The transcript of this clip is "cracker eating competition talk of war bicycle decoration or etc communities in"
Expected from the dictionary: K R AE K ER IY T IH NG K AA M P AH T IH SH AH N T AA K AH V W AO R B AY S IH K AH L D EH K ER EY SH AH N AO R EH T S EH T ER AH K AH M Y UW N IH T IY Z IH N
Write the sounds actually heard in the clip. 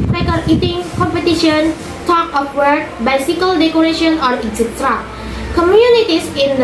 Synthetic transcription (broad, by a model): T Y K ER IY T IH NG K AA M P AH T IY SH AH N T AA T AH F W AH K B AY S IH K AH L D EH K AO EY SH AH N AO R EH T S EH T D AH K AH M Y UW N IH T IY S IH N